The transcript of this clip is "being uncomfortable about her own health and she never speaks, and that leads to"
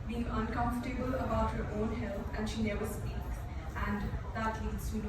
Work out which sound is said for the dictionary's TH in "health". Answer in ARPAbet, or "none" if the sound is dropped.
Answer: T